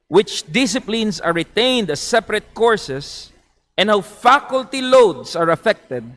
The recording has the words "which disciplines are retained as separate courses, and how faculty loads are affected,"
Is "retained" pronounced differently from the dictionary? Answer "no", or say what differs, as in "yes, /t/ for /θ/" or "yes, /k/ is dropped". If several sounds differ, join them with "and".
no